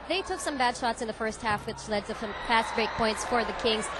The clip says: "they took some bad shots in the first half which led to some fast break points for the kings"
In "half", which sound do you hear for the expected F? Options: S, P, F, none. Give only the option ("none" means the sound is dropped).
F